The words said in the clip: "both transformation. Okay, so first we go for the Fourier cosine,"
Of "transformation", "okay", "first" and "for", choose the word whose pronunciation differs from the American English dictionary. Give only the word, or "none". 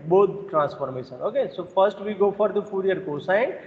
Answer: transformation